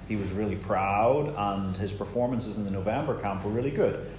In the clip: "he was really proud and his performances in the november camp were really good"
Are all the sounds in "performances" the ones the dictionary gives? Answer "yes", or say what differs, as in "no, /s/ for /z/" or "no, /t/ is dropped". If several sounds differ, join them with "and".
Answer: yes